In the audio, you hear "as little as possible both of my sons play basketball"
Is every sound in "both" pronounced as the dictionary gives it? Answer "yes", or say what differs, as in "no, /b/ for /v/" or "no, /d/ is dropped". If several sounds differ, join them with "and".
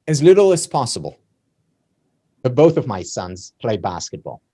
yes